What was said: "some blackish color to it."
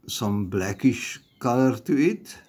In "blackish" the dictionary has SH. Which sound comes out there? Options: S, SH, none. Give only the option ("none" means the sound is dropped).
SH